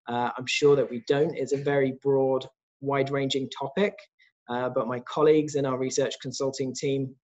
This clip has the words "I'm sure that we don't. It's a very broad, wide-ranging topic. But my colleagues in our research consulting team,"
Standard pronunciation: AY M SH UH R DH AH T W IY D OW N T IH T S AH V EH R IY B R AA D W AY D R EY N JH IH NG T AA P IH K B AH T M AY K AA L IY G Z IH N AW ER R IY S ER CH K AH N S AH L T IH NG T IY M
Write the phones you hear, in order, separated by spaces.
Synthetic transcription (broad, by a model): AY M SH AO DH AH T W IY D OW N T IH T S AH V EH R IY B R AA D W AY D R EY N JH IH NG T AA P IH K B AH T M AY K AA L IY G Z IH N AW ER R IY S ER CH K AH N S AH L T IH NG T IY M